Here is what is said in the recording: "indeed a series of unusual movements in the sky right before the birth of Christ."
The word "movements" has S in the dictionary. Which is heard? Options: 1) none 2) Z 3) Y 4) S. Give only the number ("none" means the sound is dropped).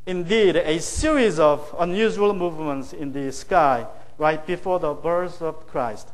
4